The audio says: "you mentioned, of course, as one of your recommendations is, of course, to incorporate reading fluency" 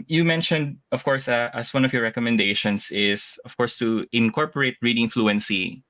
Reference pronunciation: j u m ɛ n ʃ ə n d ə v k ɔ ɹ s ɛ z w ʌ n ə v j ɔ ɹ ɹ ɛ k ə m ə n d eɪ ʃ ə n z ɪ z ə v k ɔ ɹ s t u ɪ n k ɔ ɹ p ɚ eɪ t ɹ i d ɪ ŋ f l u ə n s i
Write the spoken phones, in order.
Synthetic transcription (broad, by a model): j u m ɛ n ʃ ə n d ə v k ɔ ɹ s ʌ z w ʌ n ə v j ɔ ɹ ɹ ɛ k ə m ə n d eɪ ʃ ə n s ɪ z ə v k ɔ ɹ s t u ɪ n k ɔ ɹ p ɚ eɪ t ɹ i d ɪ ŋ f l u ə n s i